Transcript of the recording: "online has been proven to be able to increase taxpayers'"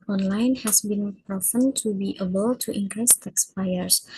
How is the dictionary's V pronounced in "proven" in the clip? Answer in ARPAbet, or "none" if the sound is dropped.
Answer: F